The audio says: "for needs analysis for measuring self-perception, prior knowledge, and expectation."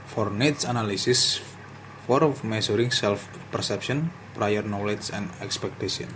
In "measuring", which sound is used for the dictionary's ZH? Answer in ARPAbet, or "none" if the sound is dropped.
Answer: S